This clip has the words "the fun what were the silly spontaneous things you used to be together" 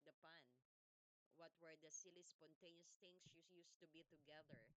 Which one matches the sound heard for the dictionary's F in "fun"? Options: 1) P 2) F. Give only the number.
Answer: 1